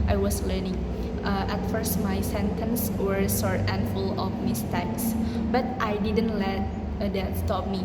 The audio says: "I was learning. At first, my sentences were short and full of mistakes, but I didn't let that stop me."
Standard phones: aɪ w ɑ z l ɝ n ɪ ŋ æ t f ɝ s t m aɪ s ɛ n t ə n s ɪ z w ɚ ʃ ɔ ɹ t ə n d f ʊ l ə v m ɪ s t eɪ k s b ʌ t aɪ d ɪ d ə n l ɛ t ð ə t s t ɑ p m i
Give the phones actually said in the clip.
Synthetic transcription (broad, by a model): aɪ w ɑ s l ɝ n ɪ ŋ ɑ t f ɝ s t m aɪ s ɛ n t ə n s w ɚ s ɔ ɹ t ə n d f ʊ l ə f m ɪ s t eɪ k s b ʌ t aɪ d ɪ d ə n l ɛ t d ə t s t ɑ p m i